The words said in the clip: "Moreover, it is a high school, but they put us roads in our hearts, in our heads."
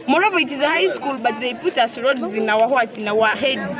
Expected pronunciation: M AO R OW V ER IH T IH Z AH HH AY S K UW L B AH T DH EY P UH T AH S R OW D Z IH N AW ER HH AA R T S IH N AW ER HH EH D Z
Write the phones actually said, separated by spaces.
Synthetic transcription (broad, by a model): M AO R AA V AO IH T IH Z AH HH AY S K UW L B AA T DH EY P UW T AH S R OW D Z IH N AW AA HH AA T IH N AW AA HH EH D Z